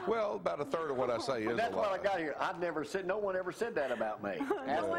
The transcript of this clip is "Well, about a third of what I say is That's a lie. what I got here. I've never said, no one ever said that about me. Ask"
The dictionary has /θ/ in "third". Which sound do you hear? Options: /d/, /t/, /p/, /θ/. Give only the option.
/θ/